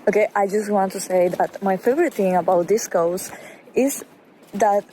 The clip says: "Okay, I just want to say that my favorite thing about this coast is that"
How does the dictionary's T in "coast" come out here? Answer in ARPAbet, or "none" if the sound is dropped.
none